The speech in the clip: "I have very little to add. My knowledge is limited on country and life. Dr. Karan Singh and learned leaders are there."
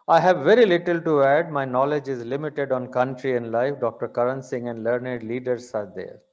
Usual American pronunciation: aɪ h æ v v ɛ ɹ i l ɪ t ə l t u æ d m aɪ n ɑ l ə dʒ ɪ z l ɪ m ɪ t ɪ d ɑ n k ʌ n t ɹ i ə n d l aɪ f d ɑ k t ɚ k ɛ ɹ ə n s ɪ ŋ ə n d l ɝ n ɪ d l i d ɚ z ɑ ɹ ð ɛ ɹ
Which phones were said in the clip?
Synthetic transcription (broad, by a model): aɪ h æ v v ɛ ɹ i l ɪ t ə l t u æ d m aɪ n ɑ l ə dʒ ɪ z l ɪ m ɪ t ɪ d ɑ n k ʌ n t ɹ i ə n d l aɪ f d ɑ k t ɚ k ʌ ɹ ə n s ɪ ŋ ə n d l ɝ n ɪ d l i d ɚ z ɑ ɹ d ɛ ɹ